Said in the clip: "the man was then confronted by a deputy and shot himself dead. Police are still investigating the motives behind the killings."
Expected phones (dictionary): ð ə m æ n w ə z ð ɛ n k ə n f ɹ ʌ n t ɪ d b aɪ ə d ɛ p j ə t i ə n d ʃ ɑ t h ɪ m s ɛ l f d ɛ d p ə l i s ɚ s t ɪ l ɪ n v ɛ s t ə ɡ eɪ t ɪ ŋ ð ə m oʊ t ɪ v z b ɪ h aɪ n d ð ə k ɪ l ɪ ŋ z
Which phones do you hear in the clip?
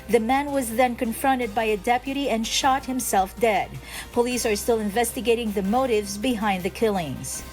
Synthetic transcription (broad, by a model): ð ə m æ n w ə z ð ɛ n k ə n f ɹ ʌ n t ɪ d b aɪ ə d ɛ p j ə t i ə n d ʃ ɑ t h ɪ m s ɛ l f d ɛ d p ə l i s ɚ s t ɪ l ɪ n v ɛ s t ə ɡ eɪ t ɪ ŋ ð ə m oʊ t ɪ v z b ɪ h aɪ n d ð ə k ɪ l ɪ ŋ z